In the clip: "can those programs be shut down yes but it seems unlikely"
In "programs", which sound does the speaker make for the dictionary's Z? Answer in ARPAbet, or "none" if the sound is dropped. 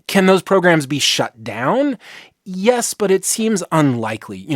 Z